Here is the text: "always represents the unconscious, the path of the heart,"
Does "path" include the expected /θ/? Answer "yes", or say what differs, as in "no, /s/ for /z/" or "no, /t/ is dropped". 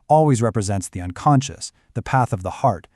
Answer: yes